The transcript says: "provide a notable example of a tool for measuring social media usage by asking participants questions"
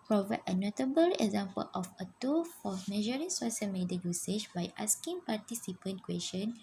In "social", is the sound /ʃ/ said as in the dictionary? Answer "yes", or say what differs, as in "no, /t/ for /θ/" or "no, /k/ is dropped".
no, /s/ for /ʃ/